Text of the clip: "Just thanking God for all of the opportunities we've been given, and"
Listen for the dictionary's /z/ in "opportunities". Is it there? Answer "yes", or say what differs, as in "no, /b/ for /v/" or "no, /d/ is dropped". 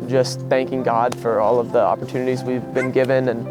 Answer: yes